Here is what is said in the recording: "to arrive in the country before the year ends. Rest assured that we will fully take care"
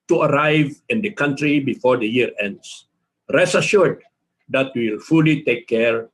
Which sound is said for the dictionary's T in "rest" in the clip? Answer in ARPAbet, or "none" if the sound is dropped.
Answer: none